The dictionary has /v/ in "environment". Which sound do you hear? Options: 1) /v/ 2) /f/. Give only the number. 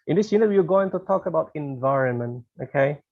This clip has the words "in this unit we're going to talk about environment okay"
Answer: 1